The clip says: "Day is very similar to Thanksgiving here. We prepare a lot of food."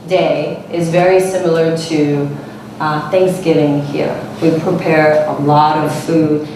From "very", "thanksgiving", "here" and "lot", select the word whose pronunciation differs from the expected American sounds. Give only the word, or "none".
none